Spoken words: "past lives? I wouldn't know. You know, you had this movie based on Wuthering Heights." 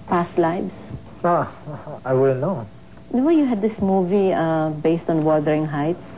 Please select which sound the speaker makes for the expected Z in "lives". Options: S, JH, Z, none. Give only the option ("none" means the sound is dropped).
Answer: S